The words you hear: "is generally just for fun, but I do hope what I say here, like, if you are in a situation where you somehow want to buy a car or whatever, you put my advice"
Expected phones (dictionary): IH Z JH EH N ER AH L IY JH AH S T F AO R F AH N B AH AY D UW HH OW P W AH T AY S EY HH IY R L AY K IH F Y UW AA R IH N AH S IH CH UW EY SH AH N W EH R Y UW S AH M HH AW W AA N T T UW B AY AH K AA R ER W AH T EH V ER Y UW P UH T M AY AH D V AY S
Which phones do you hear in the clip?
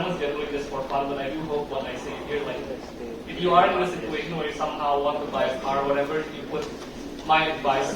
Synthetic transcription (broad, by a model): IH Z JH EH N ER AH L IY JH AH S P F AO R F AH L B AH AY D UW HH OW P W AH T AY S EY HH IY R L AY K IH F Y UW AA R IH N AH S IH CH UW EY SH AH N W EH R Y UW S AH M HH AW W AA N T T UW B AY AH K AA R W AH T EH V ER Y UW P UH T M AY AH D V AY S